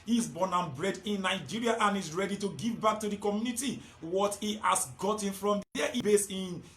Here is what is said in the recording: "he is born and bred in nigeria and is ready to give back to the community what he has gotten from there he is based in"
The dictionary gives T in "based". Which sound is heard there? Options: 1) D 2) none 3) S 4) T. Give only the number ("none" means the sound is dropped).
2